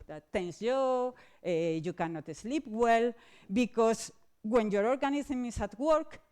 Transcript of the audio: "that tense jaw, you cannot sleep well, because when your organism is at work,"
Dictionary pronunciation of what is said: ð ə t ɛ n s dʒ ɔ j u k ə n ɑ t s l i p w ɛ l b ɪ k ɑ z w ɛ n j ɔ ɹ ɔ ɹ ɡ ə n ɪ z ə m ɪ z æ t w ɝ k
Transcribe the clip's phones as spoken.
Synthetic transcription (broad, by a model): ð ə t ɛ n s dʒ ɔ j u k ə n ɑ t s l i p w ɛ l b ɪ k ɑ s w ɛ n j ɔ ɹ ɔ ɹ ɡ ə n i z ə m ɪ s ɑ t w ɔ k